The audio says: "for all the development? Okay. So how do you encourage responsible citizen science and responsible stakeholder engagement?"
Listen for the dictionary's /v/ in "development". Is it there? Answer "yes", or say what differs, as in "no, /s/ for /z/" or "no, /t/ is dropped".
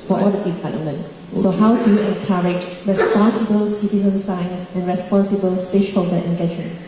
no, /p/ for /v/